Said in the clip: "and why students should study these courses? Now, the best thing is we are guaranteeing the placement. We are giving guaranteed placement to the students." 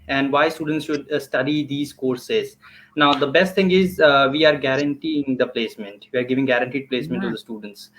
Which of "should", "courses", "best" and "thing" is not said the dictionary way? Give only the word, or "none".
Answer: thing